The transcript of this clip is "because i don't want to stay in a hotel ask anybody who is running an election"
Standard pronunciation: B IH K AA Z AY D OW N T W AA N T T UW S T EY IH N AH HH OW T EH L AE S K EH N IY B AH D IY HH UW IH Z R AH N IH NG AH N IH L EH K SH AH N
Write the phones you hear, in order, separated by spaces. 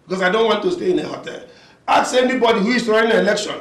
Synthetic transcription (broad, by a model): B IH K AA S AY D OW N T W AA N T T UW S T EY IH N AH HH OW T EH L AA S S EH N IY B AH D IY HH UW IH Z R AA IH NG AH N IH L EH K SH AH N